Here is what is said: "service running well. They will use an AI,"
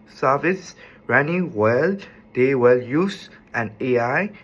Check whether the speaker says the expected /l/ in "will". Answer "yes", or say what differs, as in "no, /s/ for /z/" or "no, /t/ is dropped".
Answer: yes